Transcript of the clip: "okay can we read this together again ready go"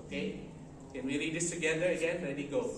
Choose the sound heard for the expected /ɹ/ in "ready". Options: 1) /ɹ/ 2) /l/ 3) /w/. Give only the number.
2